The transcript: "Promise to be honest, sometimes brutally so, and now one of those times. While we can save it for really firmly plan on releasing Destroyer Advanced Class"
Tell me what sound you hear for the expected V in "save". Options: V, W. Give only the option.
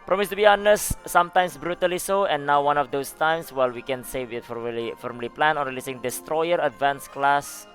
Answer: W